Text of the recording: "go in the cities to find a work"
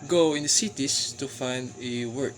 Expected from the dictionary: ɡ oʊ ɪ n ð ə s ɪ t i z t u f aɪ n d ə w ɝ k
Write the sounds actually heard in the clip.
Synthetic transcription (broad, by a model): ɡ oʊ ɪ n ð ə s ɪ t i s t u f aɪ n d ə w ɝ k